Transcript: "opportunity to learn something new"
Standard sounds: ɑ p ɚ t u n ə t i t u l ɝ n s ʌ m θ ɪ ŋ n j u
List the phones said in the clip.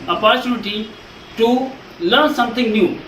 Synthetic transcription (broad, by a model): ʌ p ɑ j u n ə t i t u l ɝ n s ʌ m t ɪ ŋ n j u